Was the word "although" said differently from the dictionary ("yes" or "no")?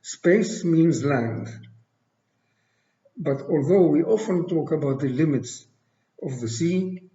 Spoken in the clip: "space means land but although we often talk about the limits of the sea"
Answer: no